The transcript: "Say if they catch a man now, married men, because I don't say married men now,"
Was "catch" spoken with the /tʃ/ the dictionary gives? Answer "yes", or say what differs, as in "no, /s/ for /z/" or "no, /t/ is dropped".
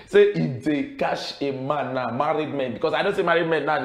no, /ʃ/ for /tʃ/